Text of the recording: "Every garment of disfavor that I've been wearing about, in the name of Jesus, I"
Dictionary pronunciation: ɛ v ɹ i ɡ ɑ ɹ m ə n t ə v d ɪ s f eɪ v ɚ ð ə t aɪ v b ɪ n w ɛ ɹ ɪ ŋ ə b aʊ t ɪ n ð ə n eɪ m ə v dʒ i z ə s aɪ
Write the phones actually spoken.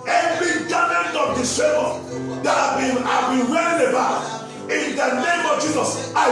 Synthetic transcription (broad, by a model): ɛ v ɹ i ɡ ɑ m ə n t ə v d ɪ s eɪ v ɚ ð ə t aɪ b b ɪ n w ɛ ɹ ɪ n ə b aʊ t ɪ n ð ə n eɪ m ə v dʒ i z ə s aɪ